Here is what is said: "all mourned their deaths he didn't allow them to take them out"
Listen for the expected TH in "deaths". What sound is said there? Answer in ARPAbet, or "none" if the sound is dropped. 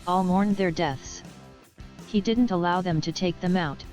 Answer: TH